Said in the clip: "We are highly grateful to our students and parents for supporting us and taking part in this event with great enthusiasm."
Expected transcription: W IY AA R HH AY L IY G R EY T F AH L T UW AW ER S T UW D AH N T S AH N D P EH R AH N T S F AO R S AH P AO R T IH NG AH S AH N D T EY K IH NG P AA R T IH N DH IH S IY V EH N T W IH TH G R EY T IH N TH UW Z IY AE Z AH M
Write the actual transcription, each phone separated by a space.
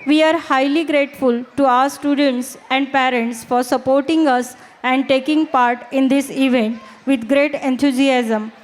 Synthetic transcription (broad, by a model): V IY AA R HH AY L IY G R EY T F AH L T UW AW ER S T UW D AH N T S AH N D P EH R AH N T S F AO R S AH P AO R T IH NG AH S AH N D T EY K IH NG P AA R T IH N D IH S IY V EH N T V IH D G R EY T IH N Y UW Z IY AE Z AH M